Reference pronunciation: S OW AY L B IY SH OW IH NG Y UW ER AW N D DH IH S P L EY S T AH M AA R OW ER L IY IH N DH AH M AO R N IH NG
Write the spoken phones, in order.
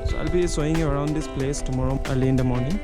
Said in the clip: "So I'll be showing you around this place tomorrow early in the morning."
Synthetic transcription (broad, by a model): S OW AY L B IY S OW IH NG Y UW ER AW N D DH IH S P L EY S T AH M AA R OW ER L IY IH N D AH M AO R N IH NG